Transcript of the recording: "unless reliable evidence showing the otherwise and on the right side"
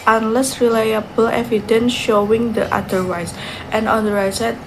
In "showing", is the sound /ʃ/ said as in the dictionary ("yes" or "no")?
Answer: yes